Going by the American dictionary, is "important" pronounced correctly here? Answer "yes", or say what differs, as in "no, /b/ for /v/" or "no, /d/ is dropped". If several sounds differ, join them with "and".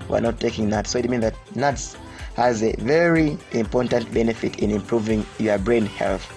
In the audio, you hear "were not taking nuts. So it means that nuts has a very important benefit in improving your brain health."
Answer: yes